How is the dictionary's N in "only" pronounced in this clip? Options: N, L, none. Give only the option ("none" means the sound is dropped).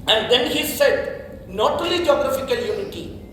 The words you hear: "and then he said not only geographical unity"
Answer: none